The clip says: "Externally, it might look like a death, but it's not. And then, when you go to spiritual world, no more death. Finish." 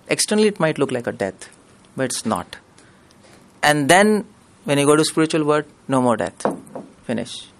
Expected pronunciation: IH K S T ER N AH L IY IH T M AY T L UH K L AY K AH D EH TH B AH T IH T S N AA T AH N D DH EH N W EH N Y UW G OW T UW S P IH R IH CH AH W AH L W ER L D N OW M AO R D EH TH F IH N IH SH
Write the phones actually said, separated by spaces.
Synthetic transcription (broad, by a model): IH K S T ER N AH L IY IH T M AY T L UH K L AY K AH D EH T B AH T IH T S N AA T AH N D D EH N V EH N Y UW G OW T UW S P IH R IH CH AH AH L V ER D N OW M AO R D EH T F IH N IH SH